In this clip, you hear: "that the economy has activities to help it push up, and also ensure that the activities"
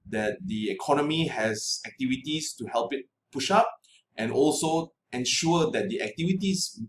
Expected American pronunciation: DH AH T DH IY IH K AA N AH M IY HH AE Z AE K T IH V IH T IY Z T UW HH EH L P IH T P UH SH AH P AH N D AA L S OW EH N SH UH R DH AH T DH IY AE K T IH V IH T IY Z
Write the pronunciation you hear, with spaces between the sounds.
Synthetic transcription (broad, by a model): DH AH T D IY IH K AA N AH M IY HH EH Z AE K T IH V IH T IY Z T UW HH EH L P IH T P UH SH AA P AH N AA L S OW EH N SH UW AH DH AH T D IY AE K T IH V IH T IY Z